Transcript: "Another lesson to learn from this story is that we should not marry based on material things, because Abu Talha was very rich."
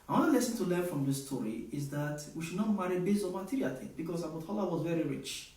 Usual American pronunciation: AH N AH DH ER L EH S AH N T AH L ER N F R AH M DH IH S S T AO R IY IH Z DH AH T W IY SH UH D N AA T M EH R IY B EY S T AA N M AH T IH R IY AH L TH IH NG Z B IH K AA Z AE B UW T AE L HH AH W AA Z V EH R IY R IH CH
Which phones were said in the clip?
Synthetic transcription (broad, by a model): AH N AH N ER L EH S AH N T AH L ER N F R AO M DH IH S S T AO R IY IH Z DH AH T W IY SH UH D N AA T M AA R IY B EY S AA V M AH T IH R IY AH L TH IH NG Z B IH K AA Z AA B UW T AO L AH W AA Z V EH R IY R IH CH